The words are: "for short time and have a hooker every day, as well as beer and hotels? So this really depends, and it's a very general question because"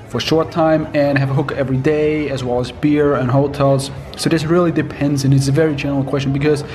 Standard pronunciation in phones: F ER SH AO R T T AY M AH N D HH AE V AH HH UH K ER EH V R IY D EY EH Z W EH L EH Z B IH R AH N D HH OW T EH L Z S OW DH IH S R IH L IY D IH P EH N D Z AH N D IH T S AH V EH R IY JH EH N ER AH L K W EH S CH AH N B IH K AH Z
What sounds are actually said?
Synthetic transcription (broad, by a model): F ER SH AO R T T AY M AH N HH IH V AH HH UH K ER EH V R IY D EY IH Z W EH L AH Z B IH R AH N HH OW T EH L Z S OW DH IH S R IH L IY D IH P EH N D Z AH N IH T S AH V EH R IY JH EH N ER L K W EH S CH AH N B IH K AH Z